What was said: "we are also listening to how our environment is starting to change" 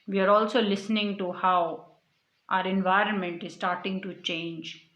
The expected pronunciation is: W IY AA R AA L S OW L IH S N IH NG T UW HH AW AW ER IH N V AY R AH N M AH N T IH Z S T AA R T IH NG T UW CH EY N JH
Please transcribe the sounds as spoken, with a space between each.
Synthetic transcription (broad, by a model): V IY AA R AA L S OW L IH S N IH NG T UW HH AW AW ER IH N V AY R AH N M AH N T IH Z S T AA R T IH NG T UW CH EY N JH